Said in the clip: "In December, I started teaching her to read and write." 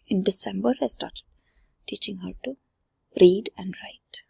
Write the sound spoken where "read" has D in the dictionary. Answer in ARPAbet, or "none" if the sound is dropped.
D